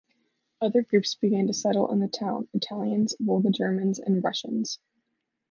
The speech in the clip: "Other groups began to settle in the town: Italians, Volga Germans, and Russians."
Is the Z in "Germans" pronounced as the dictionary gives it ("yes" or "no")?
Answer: yes